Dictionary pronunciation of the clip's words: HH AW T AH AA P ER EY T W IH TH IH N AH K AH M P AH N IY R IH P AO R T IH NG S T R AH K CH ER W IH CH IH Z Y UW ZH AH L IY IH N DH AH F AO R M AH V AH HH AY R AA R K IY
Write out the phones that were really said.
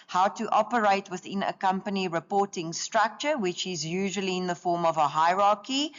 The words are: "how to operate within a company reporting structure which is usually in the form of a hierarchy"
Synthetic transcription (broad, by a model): HH AW T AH AA P ER EY T W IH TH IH N AH K AH M P AH N IY R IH P AO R T IH NG S T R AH K CH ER W IH CH IH Z Y UW ZH AH L IY IH N DH AH F AO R M AH V AH HH AY R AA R K IY